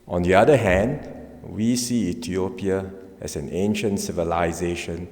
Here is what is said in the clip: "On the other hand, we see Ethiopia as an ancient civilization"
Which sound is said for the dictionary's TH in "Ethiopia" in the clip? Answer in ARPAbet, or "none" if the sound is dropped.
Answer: T